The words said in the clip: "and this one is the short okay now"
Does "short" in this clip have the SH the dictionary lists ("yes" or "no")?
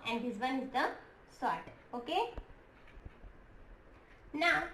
no